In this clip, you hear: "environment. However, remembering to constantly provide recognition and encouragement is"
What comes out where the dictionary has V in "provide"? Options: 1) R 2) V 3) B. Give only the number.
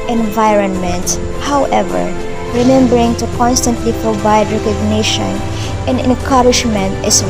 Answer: 3